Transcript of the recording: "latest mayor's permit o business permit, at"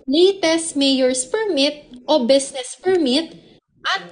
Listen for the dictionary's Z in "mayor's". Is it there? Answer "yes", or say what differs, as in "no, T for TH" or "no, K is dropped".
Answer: no, S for Z